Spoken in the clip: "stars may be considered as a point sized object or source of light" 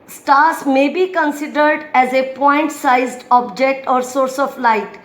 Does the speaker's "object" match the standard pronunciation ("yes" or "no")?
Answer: yes